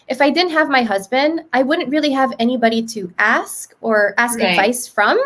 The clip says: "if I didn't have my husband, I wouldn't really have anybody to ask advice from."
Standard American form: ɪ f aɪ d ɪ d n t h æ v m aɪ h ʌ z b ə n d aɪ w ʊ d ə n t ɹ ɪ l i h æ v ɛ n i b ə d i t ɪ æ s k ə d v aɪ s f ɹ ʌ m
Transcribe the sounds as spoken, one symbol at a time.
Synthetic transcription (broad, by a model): ɪ f aɪ d ɪ d n t h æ v m aɪ h ʌ z b ə n d aɪ w ʊ d n t ɹ ɪ l i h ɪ v ɛ n i b ə d i t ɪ æ s k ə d v aɪ s f ɹ ʌ m